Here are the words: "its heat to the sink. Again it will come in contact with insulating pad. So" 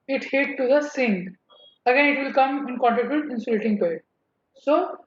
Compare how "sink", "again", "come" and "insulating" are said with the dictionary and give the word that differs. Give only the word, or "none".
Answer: sink